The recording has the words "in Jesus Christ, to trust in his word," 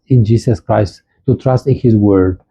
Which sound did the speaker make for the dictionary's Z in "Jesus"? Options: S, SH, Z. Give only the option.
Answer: S